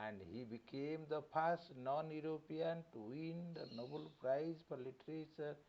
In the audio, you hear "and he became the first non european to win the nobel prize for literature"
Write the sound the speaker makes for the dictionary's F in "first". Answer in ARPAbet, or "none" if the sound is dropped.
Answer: P